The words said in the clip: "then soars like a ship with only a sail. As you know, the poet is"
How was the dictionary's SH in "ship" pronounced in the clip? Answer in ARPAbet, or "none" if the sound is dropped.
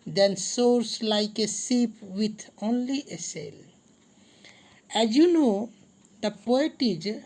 S